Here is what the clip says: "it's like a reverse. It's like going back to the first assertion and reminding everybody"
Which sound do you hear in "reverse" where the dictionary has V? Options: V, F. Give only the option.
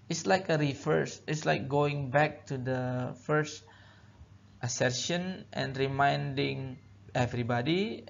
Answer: F